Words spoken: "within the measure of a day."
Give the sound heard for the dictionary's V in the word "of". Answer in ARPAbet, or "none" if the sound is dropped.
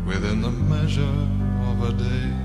V